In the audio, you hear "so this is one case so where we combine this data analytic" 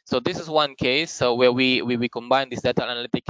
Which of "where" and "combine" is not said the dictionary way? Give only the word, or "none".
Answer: where